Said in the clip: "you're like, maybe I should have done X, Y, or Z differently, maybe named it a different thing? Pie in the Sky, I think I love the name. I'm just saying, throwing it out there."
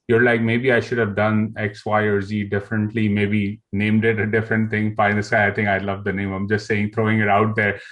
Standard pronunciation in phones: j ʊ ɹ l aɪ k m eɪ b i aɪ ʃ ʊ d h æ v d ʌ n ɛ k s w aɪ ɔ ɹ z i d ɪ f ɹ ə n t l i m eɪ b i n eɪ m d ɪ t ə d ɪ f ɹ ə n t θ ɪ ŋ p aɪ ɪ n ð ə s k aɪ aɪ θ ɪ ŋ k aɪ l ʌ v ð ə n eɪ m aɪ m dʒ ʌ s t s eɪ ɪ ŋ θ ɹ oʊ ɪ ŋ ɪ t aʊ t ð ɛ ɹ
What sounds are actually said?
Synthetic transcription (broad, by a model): j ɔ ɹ l aɪ k m eɪ b i aɪ ʃ ʊ d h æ v d ʌ n ɛ k s w aɪ ɔ ɹ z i d ɪ f ɹ ə n t l i m eɪ b i n eɪ m d ɪ t ə d ɪ f ɹ ə n t ɪ ŋ f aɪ ɪ n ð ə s aɪ aɪ t ɪ ŋ k aɪ l ʌ v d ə n eɪ m aɪ m dʒ ʌ s t s eɪ ɪ ŋ t ɹ oʊ ɪ ŋ ɪ t aʊ t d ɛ ɹ